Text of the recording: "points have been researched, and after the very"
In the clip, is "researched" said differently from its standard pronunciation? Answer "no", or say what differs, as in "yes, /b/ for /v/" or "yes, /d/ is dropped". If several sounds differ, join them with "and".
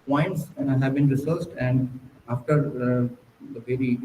yes, /s/ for /tʃ/